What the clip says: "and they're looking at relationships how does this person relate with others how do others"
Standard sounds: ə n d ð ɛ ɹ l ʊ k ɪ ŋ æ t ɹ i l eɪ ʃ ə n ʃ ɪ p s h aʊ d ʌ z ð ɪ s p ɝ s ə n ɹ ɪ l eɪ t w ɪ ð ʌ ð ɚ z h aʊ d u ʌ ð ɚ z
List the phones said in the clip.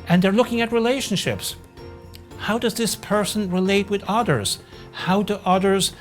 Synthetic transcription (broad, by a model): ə n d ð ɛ ɹ l ʊ k ɪ ŋ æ t ɹ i l eɪ ʃ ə n ʃ ɪ p s h aʊ d ʌ z ð ɪ s p ɝ s ə n ɹ ɪ l eɪ t w ɪ ð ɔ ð ɚ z h aʊ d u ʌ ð ɚ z